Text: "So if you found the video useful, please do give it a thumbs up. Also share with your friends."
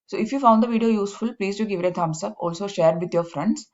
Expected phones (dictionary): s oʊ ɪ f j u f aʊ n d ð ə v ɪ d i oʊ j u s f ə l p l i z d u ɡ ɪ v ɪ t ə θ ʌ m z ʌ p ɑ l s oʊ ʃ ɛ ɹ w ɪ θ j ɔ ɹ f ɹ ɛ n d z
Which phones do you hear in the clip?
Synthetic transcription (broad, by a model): s oʊ ɪ f j u f aʊ n d ə v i d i oʊ j u s f ə l p l i z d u ɡ ɪ v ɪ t ə t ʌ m s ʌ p ɑ l s oʊ ʃ ɛ ɹ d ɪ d j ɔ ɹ f ɹ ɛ n d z